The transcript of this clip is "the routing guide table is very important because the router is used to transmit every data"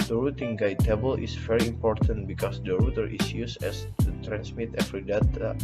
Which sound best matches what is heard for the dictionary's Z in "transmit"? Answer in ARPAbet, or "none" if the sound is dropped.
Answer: S